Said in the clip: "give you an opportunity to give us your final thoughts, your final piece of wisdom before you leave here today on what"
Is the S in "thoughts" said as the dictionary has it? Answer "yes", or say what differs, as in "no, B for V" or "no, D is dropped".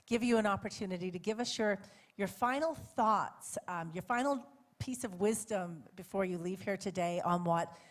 yes